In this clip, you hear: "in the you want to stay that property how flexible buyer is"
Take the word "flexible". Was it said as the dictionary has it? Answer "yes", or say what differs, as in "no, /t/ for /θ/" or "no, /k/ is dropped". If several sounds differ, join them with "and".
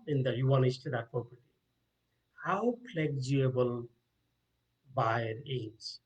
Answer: no, /p/ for /f/